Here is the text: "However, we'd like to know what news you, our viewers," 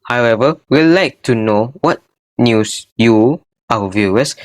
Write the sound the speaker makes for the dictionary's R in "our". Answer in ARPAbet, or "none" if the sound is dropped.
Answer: W